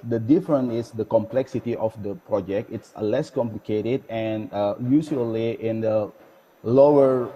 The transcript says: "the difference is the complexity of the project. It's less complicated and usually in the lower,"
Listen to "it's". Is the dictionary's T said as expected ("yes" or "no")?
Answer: yes